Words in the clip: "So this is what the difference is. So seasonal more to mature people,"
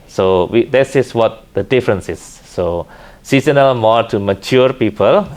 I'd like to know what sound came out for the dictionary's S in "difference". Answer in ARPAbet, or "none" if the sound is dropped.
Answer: S